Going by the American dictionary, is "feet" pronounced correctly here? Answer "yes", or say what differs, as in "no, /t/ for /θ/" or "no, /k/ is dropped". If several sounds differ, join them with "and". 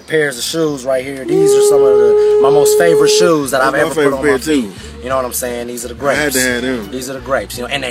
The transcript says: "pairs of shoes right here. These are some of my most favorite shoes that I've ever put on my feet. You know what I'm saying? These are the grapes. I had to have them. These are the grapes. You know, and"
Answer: no, /p/ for /f/